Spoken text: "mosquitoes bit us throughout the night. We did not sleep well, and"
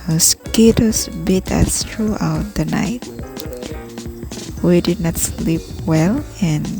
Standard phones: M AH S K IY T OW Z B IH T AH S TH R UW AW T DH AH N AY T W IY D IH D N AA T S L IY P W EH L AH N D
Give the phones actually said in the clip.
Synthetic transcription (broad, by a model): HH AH S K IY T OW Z B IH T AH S T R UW AW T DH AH N AY T W IY D IH D N AA T S L IY P W EH L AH N